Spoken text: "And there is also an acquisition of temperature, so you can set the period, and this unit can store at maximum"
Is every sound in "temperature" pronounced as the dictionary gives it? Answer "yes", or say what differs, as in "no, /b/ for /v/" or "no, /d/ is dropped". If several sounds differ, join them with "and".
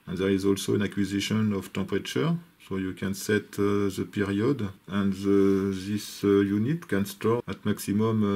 no, /m/ is dropped